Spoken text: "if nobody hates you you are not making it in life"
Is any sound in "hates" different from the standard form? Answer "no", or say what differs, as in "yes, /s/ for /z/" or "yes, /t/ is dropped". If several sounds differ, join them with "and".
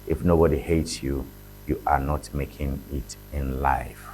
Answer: no